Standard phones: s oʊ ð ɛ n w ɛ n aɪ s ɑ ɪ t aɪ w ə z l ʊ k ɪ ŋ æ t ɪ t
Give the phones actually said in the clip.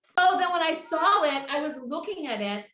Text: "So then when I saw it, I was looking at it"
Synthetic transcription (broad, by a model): s oʊ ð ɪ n w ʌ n aɪ s ɑ ɪ t aɪ w ə z l ʊ k ɪ ŋ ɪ t ɪ t